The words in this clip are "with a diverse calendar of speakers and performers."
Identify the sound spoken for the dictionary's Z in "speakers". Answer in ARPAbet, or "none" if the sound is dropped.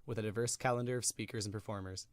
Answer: Z